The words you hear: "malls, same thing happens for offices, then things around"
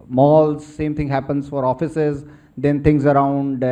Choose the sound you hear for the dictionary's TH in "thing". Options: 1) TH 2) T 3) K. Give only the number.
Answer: 2